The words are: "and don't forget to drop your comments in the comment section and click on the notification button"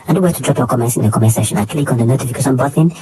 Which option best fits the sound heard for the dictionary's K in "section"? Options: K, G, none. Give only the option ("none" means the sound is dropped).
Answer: none